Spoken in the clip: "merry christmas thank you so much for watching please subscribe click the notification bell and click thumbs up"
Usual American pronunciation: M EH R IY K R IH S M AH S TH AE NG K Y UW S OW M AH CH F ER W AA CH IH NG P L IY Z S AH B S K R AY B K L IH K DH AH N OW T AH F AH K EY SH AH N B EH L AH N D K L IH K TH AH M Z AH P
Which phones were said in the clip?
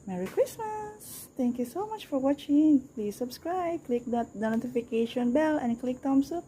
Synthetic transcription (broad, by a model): M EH R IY K R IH S M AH S T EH NG K Y UW S OW M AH CH F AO W AA CH IH NG P L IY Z S AH B S K R AY B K L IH K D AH N OW T AH F AH K EY SH AH N B EH L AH N K L IH K T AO M S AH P